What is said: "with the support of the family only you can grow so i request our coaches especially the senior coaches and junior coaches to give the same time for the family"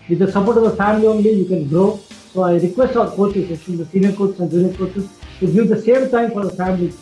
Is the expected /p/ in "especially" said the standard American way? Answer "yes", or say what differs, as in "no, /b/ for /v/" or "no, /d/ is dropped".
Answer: no, /p/ is dropped